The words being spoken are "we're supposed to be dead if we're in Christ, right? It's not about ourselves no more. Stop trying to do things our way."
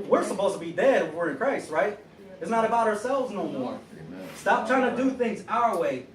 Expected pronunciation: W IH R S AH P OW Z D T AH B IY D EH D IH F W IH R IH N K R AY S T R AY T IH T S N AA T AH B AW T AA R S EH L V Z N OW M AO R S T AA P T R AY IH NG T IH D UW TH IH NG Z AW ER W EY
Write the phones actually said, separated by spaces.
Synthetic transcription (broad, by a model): W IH R S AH P OW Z T AH B IY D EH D IH F W IH R IH N K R AY S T R AY T IH T S N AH T AH B AW T AA R S EH L V Z N OW M AO R S T AA P T R AY IH NG T IH D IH TH IH NG Z AW ER W EY